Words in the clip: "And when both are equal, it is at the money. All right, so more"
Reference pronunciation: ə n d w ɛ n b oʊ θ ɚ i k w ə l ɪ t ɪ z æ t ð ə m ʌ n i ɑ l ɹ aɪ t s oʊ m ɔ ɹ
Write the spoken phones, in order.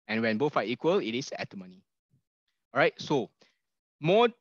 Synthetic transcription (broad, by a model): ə n w ɛ n b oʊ f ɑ i k w ə l ɪ t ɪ s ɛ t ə m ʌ n i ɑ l ɹ aɪ t s oʊ m ɔ